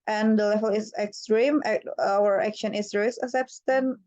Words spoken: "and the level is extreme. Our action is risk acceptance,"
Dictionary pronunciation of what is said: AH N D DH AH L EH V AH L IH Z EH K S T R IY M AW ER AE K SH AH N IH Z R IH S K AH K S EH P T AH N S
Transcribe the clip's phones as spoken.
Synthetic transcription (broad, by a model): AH N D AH L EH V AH L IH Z EH K S T R IY M AW ER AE K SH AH N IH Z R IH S AH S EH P T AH N